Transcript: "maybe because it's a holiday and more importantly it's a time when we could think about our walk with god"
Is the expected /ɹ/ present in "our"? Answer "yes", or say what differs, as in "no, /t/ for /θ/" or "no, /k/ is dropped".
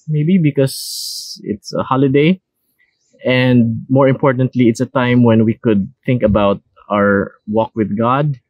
yes